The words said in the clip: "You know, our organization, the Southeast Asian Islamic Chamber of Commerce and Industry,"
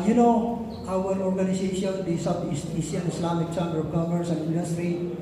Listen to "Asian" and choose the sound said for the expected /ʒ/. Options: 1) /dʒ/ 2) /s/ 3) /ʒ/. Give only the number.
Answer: 2